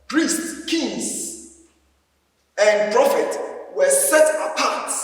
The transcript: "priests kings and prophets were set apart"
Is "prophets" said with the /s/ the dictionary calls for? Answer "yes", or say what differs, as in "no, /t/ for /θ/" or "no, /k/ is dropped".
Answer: no, /s/ is dropped